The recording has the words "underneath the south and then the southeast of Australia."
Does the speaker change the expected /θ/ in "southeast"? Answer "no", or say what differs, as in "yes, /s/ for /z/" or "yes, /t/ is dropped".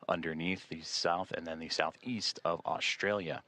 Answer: no